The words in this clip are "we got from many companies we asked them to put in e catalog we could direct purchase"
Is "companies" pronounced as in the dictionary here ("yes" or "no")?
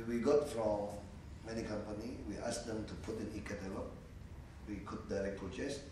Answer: no